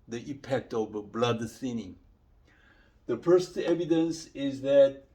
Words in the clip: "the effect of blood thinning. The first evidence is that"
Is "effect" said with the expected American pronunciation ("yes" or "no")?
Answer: no